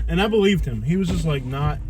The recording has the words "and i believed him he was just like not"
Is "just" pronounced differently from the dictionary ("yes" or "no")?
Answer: no